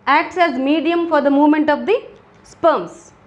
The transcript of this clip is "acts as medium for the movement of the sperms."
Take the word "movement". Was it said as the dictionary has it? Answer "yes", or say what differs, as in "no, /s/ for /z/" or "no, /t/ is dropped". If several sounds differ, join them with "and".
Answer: yes